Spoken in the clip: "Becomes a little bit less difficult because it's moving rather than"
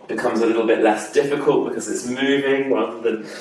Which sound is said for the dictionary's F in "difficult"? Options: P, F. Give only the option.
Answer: F